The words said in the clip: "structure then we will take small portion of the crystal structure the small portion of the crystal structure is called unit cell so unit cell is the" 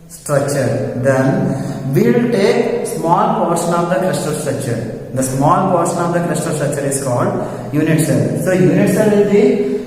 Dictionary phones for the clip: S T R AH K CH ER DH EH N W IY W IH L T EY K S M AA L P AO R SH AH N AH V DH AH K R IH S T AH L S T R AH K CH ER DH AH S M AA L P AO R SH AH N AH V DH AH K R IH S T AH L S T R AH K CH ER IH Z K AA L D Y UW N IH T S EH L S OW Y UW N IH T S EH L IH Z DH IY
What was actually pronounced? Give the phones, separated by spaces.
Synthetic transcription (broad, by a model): S T R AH K CH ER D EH N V IY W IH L T EY K S M AA L P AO R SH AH N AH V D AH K R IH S T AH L S T R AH K CH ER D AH S M AA L P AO R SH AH N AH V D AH K R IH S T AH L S T R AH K CH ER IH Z K AA L D Y UW N IH T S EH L S OW Y UW N IH T S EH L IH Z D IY